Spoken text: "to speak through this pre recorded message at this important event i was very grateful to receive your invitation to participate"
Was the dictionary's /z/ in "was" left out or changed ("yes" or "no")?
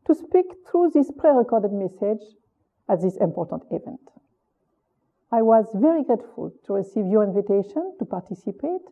no